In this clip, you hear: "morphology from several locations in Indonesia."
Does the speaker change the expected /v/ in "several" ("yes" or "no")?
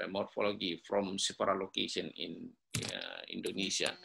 yes